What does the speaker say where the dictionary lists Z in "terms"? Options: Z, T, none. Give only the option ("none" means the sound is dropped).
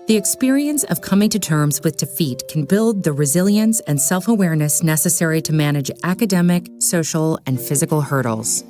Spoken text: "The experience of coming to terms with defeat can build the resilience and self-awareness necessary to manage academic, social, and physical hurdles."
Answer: Z